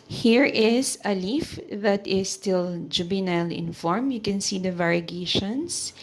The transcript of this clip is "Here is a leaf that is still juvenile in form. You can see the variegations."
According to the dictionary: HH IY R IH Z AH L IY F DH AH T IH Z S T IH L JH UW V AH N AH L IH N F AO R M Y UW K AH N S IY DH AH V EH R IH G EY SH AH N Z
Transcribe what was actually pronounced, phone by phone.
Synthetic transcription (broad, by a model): HH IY R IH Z AH L IY F DH AH T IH S T IH L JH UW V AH N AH L IH N F AO R M Y UW K AH N S IY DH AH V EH R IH G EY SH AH N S